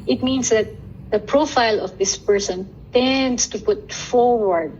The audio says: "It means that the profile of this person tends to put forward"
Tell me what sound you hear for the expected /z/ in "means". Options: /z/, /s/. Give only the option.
/s/